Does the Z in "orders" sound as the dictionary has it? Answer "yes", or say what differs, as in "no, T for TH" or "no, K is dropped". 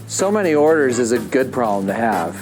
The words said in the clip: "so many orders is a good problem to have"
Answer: yes